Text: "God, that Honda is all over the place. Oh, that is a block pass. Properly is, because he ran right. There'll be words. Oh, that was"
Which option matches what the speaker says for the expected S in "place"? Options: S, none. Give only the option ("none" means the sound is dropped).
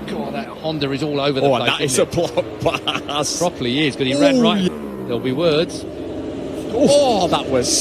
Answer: none